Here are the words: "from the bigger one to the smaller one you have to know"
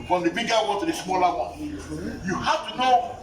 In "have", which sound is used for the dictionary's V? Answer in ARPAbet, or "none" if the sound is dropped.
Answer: F